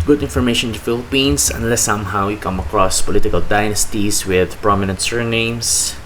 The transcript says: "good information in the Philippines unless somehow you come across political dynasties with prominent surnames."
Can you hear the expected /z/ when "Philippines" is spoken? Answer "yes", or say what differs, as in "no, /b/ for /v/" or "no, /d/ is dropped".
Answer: no, /s/ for /z/